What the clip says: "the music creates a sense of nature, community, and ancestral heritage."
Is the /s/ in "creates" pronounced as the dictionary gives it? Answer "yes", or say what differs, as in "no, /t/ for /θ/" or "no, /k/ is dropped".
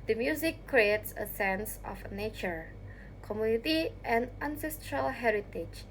yes